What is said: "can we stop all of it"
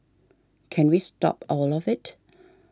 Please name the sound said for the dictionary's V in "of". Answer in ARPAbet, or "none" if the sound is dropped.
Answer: V